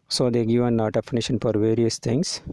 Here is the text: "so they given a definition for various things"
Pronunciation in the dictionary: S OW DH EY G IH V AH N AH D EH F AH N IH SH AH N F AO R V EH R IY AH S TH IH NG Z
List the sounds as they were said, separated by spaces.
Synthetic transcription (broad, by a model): S OW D EY G IH V AH N AH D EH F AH N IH SH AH N F AO R V EH R IY AH S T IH NG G